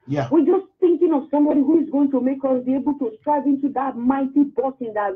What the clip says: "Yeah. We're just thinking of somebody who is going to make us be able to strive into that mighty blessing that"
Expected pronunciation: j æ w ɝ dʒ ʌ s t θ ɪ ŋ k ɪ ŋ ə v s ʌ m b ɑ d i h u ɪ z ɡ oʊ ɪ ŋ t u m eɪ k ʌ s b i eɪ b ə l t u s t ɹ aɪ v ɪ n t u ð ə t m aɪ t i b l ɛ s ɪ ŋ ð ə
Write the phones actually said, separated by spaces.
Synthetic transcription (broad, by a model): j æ w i dʒ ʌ s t θ ɪ ŋ k ɪ ŋ ə v s ʌ m b ɑ d i h u ɪ z ɡ oʊ ɪ ŋ t u m eɪ k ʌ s b i eɪ b ə l t u s t ɹ aɪ v ɪ n t u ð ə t m aɪ t i b ɔ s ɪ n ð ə